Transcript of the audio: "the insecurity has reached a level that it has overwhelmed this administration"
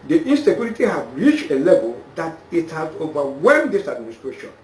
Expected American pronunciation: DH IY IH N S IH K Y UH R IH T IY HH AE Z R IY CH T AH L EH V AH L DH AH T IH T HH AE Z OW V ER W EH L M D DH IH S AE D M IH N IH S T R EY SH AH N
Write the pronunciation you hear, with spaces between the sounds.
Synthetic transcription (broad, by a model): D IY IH N S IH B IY L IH T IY HH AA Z R IY CH T AH L EH V AH L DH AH T IH T HH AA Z OW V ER W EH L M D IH S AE D M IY N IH S T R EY SH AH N